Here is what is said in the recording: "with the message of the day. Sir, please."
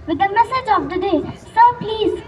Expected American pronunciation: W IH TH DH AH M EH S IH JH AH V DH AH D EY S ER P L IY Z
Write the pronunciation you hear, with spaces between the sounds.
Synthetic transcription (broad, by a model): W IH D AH M EH S IH JH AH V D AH D EY S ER P L IY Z